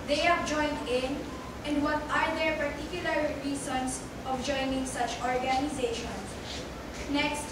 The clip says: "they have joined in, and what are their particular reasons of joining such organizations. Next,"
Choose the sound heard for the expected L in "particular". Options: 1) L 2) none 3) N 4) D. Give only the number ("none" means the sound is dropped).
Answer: 1